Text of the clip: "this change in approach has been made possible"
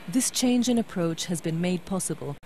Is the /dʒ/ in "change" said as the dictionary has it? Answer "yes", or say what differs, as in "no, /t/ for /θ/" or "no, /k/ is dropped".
yes